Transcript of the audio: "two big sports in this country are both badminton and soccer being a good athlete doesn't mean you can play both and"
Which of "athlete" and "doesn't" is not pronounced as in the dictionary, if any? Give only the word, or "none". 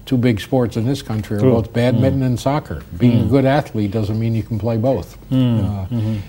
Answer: none